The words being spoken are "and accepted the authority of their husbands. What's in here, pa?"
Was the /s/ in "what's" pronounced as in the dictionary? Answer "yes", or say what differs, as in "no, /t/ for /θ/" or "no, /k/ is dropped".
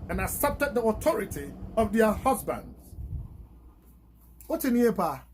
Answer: no, /s/ is dropped